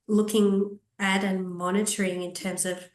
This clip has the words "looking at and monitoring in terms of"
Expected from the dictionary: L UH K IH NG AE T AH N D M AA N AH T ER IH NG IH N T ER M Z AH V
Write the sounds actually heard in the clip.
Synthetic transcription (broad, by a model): L UH K IH NG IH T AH N M AA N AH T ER IH NG IH N T ER M Z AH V